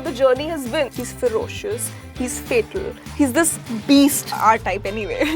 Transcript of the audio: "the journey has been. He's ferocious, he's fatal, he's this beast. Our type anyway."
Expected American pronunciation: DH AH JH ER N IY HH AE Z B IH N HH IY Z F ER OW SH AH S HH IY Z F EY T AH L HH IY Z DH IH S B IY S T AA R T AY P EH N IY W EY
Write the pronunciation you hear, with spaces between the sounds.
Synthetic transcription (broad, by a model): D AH JH ER N IY HH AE Z B IH N HH IY Z F ER OW SH AH S HH IY Z F EY T AH L HH IY Z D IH S B IY S T AA R T AY P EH N IY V EY